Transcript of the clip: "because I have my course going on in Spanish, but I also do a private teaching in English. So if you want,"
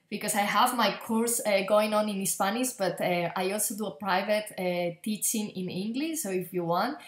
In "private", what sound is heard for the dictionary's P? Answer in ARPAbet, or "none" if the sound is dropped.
P